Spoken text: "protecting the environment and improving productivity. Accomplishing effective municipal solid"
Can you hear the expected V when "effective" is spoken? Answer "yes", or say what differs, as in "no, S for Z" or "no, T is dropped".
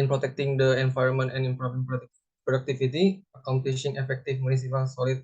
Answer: no, F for V